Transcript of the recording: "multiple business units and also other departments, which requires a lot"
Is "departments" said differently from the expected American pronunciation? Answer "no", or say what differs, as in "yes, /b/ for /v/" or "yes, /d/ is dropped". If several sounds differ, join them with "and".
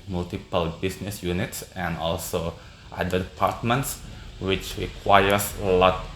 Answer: no